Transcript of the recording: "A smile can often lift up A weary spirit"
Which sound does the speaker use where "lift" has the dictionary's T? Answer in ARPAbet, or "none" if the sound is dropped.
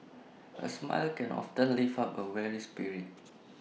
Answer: none